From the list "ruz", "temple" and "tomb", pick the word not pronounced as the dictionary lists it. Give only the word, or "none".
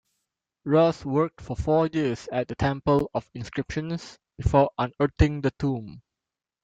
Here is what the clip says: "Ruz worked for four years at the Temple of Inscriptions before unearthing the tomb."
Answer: ruz